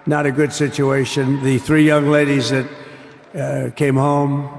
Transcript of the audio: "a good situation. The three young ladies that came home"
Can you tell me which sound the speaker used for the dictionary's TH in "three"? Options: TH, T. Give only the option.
TH